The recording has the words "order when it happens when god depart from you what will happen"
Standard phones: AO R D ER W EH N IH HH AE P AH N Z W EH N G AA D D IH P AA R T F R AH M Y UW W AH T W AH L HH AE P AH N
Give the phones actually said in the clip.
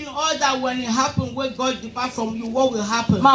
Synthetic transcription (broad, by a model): AO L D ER W EH N IH HH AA P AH N W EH G AA D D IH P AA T F R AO M Y UW W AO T W AH L HH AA P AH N